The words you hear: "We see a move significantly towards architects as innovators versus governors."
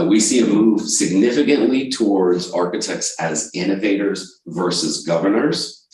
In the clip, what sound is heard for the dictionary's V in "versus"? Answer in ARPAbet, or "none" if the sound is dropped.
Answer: V